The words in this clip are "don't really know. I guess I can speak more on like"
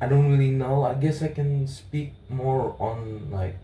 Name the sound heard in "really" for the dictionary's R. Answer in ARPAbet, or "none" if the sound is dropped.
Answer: R